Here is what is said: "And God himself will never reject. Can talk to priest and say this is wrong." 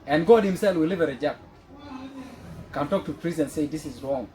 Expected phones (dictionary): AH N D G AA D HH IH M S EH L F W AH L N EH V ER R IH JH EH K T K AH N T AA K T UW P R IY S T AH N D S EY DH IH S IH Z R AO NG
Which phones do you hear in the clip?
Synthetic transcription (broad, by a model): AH N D G AA D HH IH M S EH L F W AH L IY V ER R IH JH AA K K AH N T AA K T UW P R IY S AH N S EY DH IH S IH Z R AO NG